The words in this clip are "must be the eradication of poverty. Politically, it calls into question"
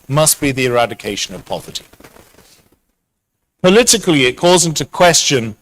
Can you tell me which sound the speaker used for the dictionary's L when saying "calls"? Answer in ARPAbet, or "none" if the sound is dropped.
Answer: none